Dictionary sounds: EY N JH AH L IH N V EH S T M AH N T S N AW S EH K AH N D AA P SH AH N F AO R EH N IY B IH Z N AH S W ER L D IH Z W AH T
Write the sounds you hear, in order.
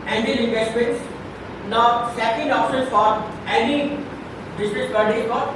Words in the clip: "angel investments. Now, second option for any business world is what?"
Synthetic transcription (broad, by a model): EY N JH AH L IH N V EH S T M AH N T S N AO S EH K AH N D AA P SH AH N F AO R EH N IY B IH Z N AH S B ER D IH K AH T